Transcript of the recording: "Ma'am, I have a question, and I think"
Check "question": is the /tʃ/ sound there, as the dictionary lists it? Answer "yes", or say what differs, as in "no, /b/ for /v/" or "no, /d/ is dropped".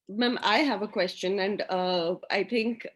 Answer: yes